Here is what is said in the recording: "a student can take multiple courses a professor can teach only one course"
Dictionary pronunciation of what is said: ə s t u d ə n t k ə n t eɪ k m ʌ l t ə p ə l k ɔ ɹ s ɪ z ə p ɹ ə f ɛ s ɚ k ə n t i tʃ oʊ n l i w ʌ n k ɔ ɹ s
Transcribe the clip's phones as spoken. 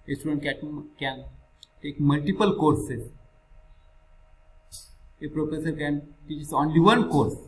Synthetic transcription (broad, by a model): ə s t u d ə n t k ə n t eɪ k m ʌ l t ə p ə l k ɔ ɹ s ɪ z ə p ɹ ə f ɛ s ɚ k ə n t i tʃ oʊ n l i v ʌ n k ɔ ɹ s